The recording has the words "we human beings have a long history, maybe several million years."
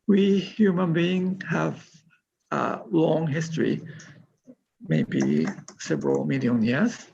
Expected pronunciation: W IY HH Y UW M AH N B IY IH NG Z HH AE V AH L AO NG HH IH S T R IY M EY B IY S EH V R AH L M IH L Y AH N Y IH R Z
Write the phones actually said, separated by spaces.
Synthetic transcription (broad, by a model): W IY HH Y UW M AH N B IY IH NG HH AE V AH L AO NG HH IH S T R IY M EY B IY S EH V R AH L M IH L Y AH N Y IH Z